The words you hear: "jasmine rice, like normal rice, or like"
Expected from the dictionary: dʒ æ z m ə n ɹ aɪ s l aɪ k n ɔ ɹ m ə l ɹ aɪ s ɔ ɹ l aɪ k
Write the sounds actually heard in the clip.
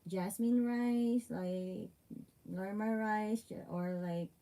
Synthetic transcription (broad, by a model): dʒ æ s m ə n ɹ aɪ s l aɪ k l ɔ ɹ m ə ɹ ɹ aɪ s ɔ ɹ l aɪ k